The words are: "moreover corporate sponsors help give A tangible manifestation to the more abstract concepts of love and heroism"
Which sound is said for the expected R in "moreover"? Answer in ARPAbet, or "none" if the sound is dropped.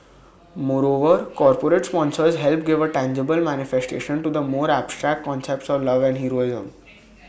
R